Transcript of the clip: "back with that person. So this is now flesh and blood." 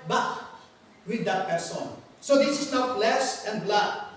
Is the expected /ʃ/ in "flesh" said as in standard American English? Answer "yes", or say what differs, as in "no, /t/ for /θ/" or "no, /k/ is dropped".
no, /s/ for /ʃ/